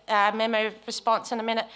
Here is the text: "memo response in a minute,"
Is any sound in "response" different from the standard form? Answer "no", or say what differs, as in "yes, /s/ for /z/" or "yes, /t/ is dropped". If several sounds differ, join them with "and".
no